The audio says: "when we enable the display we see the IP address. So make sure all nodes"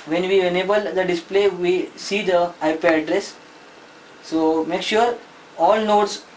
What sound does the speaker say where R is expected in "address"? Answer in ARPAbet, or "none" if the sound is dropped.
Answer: R